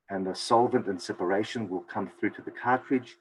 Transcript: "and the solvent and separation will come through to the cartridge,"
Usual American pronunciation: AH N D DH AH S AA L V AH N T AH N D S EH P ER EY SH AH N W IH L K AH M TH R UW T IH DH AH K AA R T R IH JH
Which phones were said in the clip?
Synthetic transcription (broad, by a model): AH N DH AH S AA L V AH N T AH N S EH P ER EY SH AH N W IH L K AH M TH R UW T IH DH AH K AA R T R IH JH